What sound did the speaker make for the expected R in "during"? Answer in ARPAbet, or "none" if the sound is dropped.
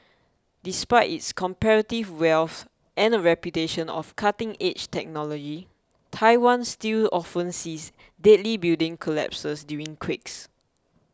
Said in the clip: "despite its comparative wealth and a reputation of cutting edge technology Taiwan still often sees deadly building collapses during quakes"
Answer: none